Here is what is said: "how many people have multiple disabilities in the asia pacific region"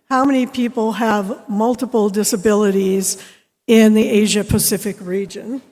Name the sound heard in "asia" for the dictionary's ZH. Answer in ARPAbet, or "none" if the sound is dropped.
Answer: ZH